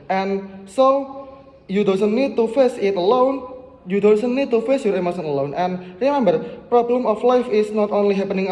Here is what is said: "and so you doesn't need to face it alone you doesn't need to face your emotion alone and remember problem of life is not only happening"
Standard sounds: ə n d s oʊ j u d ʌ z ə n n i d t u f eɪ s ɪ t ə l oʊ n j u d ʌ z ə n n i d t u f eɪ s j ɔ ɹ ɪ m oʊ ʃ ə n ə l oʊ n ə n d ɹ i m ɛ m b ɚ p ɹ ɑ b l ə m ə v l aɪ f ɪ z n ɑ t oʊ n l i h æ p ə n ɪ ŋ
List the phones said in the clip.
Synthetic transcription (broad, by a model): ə n s oʊ j u d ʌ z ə n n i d t u f eɪ s ɪ t ə l oʊ n j u d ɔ s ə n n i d t u f eɪ s j ɔ ɹ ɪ m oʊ s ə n ə l oʊ n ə n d ɹ i m ɛ m b ɚ p ɹ ɑ b l ə m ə f l aɪ f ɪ s n ɑ t oʊ n l i h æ p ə n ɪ ŋ